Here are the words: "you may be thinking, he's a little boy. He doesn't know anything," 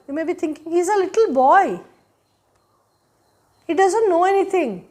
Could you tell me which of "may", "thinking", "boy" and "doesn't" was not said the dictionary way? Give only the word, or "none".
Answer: thinking